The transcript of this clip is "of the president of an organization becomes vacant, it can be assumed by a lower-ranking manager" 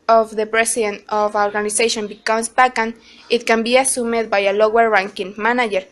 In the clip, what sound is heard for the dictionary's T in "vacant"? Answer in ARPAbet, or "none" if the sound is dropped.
none